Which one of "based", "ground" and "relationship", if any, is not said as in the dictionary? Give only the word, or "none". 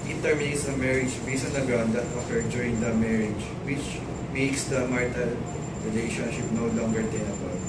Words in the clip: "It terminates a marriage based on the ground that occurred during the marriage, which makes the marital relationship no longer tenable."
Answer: based